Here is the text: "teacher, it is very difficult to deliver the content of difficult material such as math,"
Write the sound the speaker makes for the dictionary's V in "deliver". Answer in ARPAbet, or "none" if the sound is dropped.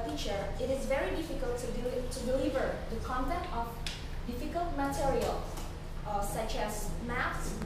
V